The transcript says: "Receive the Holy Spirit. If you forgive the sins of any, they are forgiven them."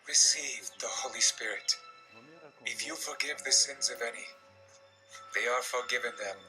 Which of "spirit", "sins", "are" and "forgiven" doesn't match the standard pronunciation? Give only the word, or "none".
none